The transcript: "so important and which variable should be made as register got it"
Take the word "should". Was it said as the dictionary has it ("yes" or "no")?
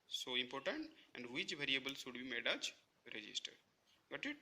no